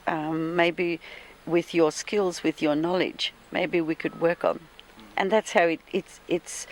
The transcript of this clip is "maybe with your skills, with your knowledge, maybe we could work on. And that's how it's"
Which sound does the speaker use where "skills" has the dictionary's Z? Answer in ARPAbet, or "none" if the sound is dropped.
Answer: Z